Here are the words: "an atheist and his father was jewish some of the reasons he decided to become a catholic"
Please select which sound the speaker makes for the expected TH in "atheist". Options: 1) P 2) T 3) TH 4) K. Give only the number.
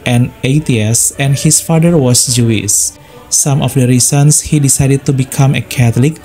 2